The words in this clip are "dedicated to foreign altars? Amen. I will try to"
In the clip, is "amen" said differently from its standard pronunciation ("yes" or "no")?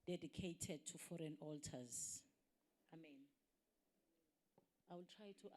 no